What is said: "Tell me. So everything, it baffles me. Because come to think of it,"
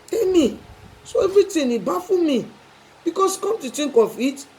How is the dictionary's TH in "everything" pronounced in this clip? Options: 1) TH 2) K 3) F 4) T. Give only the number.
4